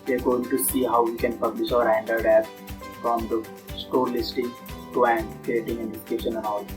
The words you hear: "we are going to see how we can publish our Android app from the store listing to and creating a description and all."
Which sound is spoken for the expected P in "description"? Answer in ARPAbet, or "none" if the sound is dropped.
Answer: none